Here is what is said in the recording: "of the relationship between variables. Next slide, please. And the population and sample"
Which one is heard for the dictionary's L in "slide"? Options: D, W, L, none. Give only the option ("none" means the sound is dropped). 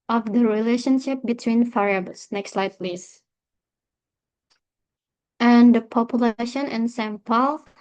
L